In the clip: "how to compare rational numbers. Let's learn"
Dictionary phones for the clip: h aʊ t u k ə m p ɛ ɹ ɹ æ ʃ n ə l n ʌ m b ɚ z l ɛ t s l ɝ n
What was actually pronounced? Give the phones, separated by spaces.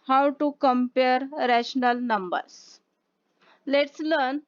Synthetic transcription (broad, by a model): h aʊ t u k ə m p ɛ ɹ ɹ æ ʃ n ə l n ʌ m b ɚ s l ɛ t s l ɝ n